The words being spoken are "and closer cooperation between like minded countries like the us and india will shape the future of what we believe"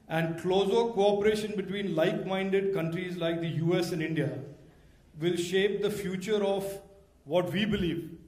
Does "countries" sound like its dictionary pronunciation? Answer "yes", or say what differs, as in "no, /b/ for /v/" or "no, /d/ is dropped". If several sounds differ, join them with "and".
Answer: yes